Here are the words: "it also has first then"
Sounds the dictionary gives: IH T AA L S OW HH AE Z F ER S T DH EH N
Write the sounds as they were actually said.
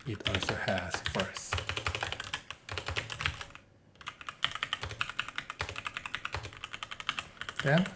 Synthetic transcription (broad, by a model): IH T AA L S OW HH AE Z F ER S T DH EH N